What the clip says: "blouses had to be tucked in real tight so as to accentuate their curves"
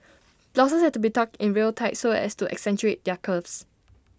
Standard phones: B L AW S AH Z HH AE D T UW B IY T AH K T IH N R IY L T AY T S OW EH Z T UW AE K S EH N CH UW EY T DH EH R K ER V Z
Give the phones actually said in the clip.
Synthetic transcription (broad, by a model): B L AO S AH S HH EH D T UW B IY T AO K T IH N R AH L T AY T S OW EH S T UW AE K S EH N CH UW EY T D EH K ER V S